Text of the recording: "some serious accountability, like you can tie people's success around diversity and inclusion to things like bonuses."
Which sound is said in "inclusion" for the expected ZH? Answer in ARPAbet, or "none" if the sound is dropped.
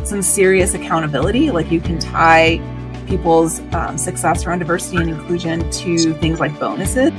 ZH